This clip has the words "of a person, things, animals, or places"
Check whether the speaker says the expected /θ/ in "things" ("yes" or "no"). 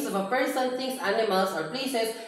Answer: no